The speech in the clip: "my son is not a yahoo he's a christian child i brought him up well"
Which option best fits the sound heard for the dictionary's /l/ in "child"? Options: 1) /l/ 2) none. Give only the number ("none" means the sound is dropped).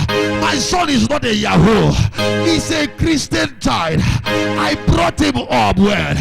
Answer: 2